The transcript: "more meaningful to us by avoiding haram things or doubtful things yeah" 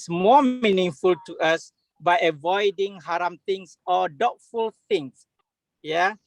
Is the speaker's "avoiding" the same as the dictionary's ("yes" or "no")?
yes